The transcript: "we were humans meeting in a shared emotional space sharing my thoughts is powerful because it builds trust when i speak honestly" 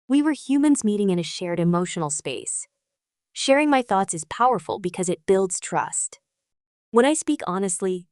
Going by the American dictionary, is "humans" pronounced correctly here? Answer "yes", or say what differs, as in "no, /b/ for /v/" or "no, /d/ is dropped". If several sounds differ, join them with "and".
yes